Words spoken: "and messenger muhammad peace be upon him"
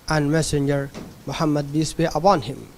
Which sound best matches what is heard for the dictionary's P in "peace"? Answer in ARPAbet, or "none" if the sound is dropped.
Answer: B